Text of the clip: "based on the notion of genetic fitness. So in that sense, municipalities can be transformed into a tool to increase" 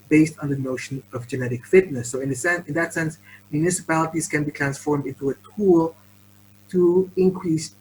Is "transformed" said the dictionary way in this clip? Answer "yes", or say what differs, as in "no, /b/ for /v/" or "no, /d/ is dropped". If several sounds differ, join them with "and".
yes